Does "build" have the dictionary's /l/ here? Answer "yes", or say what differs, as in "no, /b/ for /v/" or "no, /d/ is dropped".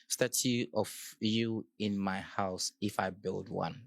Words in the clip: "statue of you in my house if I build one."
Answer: yes